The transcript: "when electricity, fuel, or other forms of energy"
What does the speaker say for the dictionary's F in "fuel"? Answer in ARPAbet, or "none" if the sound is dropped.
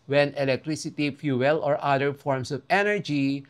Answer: F